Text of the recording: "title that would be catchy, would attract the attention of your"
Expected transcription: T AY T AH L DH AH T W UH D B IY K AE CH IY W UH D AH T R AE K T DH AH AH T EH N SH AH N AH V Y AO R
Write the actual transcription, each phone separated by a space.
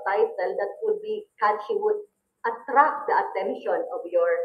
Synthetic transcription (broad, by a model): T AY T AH L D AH T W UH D B IY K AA SH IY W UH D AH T R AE K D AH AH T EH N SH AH N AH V Y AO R